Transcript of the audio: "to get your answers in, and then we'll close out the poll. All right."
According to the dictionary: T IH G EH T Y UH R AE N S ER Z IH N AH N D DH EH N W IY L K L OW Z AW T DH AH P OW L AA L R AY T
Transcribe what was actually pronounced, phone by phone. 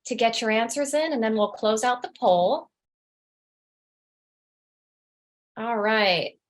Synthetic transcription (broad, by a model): T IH G EH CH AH R AE N S ER Z IH N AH N DH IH N W IY L K L OW Z AW T DH AH P OW L AA L R AY T